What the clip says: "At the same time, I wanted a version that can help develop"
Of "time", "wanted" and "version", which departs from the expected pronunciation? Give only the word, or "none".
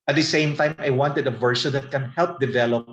version